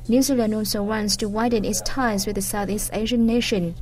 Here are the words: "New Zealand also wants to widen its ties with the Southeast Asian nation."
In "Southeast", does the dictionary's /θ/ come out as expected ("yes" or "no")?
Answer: yes